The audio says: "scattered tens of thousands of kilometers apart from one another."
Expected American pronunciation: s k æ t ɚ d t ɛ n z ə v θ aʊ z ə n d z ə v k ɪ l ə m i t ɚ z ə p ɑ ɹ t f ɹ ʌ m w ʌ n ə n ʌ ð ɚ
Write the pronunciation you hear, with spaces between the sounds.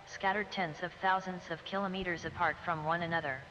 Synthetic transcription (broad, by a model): s k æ t ɚ d t ɛ n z ə v θ aʊ z ə n d z ə v k ɪ l ə m i t ɚ z ə p ɑ ɹ t f ɹ ʌ m w ʌ n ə n ʌ ð ɚ